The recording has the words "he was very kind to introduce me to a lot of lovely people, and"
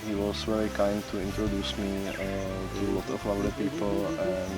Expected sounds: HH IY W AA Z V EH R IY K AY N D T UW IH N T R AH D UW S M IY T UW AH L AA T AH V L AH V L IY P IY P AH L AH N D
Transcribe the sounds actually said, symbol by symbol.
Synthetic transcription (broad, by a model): HH IY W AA S V EH R IY K AY N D T UW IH N T R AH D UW S M IY T UW L AA T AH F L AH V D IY P IY P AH L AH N